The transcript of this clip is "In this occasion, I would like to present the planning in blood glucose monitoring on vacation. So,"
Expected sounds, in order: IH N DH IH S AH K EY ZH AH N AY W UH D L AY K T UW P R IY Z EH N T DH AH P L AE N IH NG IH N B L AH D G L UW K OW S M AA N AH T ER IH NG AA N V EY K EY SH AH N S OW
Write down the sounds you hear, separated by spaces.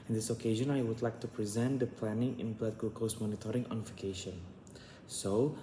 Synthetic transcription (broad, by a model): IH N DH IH S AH K EY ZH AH N AY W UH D L AY K T UW P R IY Z EH N T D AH P L AE N IH NG IH N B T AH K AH L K OW S M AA N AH T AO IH NG AA N F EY K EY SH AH N S OW